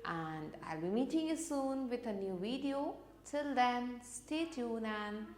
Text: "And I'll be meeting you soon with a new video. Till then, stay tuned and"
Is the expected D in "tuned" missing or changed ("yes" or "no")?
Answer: yes